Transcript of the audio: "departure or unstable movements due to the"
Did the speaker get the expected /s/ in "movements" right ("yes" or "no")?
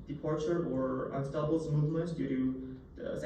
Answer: no